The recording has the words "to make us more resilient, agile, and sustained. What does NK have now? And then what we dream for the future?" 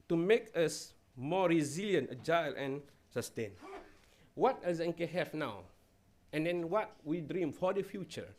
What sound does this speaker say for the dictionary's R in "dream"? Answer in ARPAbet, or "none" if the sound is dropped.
R